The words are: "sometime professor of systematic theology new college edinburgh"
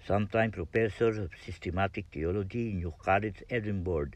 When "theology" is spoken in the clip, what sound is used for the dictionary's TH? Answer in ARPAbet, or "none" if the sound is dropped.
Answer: T